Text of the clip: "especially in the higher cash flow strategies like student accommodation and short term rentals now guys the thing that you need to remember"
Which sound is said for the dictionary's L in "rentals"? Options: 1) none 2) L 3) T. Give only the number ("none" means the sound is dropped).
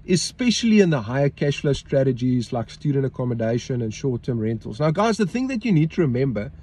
2